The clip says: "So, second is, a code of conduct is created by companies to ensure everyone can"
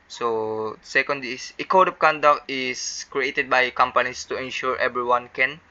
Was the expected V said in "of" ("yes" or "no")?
no